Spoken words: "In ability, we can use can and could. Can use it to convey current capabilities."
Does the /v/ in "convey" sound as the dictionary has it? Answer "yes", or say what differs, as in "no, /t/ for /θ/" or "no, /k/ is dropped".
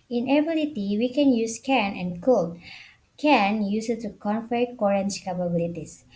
no, /f/ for /v/